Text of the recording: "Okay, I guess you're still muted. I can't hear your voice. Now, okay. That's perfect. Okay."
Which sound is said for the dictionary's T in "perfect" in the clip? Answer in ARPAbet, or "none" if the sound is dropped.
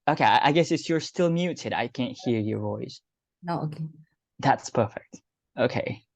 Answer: T